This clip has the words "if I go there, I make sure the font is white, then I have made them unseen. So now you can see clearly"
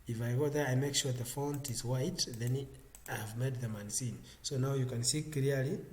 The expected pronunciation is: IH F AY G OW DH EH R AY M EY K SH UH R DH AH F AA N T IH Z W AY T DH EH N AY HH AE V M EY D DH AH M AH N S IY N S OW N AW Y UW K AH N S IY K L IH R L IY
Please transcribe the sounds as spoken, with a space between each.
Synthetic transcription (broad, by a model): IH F AY G OW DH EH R AY M EY K SH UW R DH AH F AA N T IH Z W AY T DH EH N AY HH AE V M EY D DH AH M AH N S IY N S OW N AW Y UW K AH N S IY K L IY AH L IY